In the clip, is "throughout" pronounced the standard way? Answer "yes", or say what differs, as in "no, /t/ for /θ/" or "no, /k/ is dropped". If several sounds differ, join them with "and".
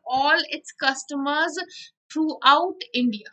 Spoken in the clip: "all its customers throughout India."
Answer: no, /t/ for /θ/